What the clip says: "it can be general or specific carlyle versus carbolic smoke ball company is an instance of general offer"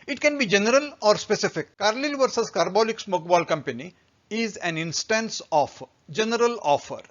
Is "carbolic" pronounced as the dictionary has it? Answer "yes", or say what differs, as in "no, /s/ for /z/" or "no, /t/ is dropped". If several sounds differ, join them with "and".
yes